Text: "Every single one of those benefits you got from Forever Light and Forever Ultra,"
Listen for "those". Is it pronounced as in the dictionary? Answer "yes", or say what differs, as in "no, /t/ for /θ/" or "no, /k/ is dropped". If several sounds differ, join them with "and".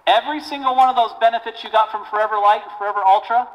yes